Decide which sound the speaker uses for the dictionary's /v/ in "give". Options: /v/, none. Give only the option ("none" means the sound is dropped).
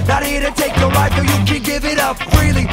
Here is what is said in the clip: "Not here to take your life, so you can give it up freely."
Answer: /v/